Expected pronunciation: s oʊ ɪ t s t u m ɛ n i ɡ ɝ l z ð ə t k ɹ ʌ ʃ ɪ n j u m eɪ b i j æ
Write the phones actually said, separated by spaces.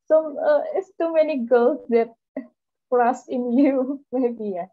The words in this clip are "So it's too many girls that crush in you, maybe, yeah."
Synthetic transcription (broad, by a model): s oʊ ɪ t s t u m ɛ n i ɡ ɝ l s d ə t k l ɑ s ɪ n j u m eɪ b i j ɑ